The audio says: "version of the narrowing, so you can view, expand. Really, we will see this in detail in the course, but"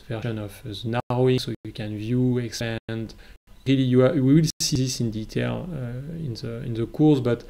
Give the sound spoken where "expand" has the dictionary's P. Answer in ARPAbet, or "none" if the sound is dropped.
none